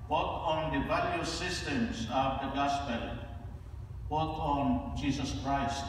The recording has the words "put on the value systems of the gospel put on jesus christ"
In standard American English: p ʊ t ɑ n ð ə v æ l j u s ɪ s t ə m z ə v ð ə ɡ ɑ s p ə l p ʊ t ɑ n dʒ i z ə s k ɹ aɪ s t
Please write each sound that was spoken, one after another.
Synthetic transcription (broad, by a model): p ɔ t ɑ n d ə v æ l j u s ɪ s t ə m s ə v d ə ɡ ɑ s p ə l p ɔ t ɑ n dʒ i s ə s k ɹ aɪ s t